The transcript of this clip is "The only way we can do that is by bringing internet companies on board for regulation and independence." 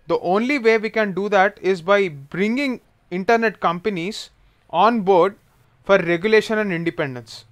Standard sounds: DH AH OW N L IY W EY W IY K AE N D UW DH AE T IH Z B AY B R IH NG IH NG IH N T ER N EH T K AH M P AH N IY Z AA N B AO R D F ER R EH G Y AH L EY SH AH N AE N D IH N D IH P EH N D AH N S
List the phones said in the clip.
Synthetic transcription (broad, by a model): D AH OW N L IY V EY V IY K AE N D UW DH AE T IH Z B AY B R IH NG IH NG IH N T ER N EH T K AH M P AH N IY Z AA N B AO R D F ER R EH G Y AH L EY SH AH N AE N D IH N D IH P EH N D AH N S